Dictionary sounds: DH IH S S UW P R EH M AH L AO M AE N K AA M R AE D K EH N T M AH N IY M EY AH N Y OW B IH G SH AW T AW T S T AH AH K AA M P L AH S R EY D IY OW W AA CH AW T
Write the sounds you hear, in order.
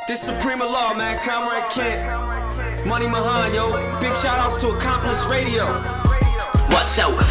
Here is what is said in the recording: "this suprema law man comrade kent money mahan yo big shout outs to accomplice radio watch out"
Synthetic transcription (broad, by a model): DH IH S S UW P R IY M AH L AO M AE N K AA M R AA K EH T M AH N IY M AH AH N Y OW B IH G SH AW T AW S T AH AH K AA M P L AH S R EY D IY OW W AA S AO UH